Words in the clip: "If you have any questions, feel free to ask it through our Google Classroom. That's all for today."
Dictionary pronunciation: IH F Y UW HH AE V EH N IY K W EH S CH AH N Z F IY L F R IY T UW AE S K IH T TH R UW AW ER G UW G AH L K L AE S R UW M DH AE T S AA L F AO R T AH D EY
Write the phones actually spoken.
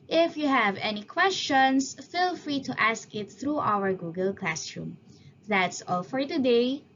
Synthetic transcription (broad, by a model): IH F Y UW HH AE V EH N IY K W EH S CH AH N S F IY L F R IY T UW AE S K IH T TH R UW AW ER G UW G AH L K L AE S R UW M DH AE T S AA L F AO R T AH D EY